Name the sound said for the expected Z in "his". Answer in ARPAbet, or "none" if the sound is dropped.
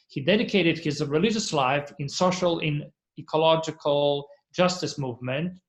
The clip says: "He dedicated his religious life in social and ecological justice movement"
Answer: Z